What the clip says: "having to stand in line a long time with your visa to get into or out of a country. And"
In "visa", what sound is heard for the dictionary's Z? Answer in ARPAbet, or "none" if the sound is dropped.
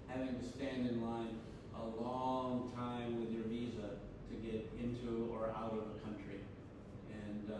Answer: Z